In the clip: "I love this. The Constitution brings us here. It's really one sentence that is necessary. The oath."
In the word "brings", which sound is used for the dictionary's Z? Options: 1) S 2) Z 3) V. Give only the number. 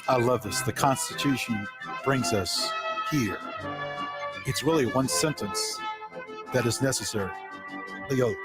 2